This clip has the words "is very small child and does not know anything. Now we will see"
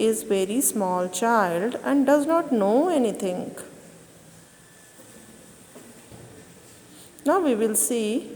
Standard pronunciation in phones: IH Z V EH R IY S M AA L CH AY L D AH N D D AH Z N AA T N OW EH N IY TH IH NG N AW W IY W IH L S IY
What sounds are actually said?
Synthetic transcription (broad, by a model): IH Z V EH R IY S M AA L CH AY L D AH N D D AH Z N AA T N OW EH N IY T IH NG N AW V IY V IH L S IY